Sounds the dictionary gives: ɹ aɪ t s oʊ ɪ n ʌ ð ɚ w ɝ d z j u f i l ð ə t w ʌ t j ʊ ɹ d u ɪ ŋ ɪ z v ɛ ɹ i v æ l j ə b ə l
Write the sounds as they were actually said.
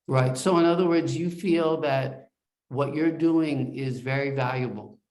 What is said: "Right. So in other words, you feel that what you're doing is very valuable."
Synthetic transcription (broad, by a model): ɹ aɪ t s oʊ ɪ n ʌ ð ɚ w ɝ d z j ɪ f i l ð ə t w ʌ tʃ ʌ ɹ d u ɪ ŋ ɪ z v ɛ ɹ i v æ l j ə b l